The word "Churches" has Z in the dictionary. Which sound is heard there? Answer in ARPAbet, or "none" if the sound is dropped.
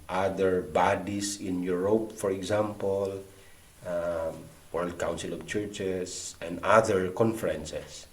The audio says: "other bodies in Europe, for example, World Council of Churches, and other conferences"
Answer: S